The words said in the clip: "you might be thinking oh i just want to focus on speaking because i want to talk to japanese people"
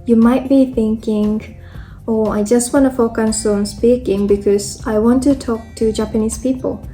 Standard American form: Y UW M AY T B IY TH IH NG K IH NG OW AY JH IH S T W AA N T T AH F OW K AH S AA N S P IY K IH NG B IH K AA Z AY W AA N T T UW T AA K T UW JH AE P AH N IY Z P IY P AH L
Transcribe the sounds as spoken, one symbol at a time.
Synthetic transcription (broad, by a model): Y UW M AY T B IY TH IH NG K IH NG OW AY JH IH S T W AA N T T AH F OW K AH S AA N S P IY K IH NG B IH K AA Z AY W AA N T T UW T AA K T UW JH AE P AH N IY S P IY P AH L